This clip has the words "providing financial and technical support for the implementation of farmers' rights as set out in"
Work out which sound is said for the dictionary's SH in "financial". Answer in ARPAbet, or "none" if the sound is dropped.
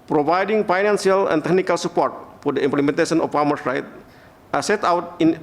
S